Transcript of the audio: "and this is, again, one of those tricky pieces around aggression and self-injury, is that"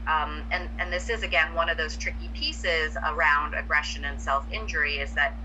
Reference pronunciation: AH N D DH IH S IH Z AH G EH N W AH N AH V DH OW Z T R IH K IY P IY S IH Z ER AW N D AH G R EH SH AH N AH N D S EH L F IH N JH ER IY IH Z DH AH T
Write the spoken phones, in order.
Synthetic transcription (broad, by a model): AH N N DH IH S IH Z AH G EH N W AH N AH V DH OW Z T R IH K IY P IY S IH Z ER AW N D AH G R EH SH AH N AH N S EH L F IH N JH ER IY IH Z DH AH T